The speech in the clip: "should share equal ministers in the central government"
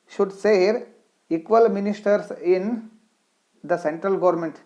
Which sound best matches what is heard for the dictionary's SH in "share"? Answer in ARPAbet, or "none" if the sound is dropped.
S